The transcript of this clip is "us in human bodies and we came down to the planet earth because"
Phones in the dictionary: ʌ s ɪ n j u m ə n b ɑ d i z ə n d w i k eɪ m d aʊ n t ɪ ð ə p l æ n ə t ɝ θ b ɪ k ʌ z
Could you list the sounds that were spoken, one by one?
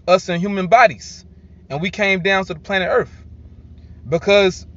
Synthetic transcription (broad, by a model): ʌ s ɪ n j u m ə n b ɑ d i z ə n w i k eɪ m d aʊ n t ɪ ð ə p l æ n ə t ɝ θ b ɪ k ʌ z